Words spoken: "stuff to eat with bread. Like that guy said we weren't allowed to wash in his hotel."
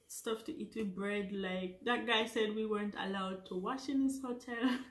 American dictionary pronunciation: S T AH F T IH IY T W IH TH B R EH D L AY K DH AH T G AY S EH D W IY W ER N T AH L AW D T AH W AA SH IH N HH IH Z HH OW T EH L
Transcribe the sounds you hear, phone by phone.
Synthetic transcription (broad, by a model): S T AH F T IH IY T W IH B R EH D L AY K DH AH T G AY S EH D W IY W ER N T AH L AW D T AH W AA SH IH N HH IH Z HH OW T EH L